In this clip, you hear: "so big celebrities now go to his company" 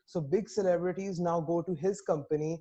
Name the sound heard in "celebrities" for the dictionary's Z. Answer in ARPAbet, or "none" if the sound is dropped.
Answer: Z